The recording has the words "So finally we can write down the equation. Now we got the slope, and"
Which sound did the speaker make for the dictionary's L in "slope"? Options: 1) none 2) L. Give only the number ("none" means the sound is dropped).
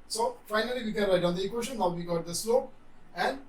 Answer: 2